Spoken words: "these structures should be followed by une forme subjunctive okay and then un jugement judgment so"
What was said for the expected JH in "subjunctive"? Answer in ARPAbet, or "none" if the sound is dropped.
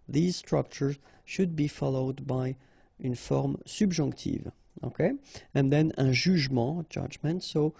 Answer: ZH